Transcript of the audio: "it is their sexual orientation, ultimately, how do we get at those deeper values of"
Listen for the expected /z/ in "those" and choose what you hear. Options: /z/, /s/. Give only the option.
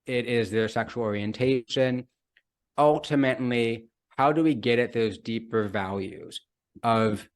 /z/